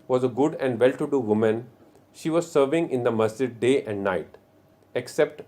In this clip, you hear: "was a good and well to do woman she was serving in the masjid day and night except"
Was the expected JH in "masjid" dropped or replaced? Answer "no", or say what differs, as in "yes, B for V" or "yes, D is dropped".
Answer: yes, JH is dropped